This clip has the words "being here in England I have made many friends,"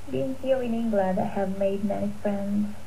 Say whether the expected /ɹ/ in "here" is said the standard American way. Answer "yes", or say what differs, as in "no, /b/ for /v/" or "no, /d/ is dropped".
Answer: no, /l/ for /ɹ/